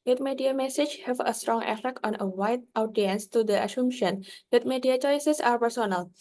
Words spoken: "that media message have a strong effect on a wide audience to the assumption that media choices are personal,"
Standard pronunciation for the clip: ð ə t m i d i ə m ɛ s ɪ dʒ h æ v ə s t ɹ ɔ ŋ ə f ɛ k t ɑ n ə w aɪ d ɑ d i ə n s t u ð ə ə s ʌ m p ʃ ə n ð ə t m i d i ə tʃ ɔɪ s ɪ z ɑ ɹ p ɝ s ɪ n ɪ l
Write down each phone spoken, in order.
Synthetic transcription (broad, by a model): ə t m i d i ə m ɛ s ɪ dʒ h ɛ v ə s t ɹ ɔ ŋ ə f ɛ k t ɑ n ə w aɪ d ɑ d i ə n s t u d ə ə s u m ʃ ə n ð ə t m i d i ə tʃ ɔɪ s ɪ s ɑ ɹ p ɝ s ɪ n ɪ l